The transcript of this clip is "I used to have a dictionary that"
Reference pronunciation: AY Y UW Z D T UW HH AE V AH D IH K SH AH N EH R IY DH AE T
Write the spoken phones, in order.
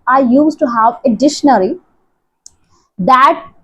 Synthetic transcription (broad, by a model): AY Y UW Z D T UW HH AE V AH D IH SH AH N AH R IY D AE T